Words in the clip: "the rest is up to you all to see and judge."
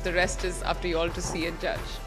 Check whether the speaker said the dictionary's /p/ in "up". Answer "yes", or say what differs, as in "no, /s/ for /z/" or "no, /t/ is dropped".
no, /f/ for /p/